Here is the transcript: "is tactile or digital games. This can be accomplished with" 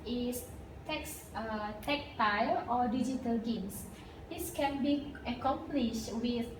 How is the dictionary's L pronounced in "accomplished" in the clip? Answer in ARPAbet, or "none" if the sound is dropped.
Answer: L